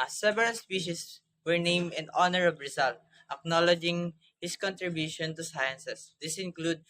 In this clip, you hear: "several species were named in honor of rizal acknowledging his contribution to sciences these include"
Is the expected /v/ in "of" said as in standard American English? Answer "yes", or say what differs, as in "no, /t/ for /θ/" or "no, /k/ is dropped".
no, /b/ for /v/